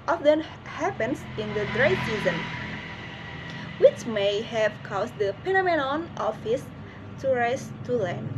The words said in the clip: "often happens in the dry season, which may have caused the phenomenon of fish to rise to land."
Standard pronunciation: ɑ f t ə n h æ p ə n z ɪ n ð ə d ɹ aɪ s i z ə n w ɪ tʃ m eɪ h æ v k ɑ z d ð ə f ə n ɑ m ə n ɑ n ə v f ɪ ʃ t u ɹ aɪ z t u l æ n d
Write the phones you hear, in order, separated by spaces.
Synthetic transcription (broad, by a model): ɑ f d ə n h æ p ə n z ɪ n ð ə d ɹ aɪ s i z ə n w ɪ tʃ m eɪ h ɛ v k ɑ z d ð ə p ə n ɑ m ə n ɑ n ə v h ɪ s t u ɹ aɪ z t u l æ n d